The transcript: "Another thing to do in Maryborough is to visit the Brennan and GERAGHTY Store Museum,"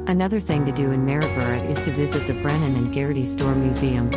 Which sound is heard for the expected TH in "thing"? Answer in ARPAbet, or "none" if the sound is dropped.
TH